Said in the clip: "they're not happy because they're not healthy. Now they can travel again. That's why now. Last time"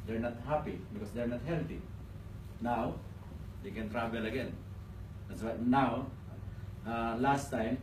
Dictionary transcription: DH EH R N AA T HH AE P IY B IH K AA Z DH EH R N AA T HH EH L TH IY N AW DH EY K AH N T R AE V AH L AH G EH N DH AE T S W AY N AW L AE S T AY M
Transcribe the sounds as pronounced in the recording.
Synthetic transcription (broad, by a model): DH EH R N AA T HH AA P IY B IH K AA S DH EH R N AA T HH EH L T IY N AW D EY K AH N T R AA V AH L AH G EH N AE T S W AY N AW L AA S T AY M